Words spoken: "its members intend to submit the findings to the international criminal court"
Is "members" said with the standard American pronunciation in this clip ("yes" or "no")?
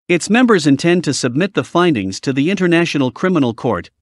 yes